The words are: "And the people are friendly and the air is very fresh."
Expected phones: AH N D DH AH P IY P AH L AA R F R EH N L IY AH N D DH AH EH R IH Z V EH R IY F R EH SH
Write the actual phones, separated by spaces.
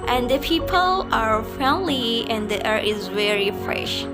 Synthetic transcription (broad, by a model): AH N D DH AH P IY P AH L AA R F EH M L IY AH N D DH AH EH R IH Z V EH R IY F R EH SH